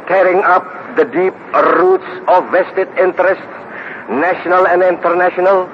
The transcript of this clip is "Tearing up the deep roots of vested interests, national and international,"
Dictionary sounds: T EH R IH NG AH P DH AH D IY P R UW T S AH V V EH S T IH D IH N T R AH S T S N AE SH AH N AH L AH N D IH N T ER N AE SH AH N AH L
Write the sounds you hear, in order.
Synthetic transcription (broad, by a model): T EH R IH NG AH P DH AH D IY P R UW T S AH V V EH S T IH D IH N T R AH S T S N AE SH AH N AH L AH N D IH N T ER N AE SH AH N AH L